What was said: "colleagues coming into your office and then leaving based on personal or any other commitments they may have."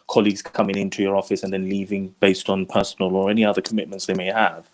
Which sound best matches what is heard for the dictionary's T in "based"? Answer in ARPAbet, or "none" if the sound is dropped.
T